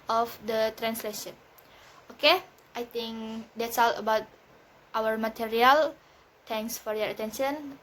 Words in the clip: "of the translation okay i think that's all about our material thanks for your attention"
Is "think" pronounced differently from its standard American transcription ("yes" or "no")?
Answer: yes